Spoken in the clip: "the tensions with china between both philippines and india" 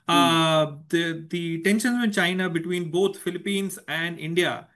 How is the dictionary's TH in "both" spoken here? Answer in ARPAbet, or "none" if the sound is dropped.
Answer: T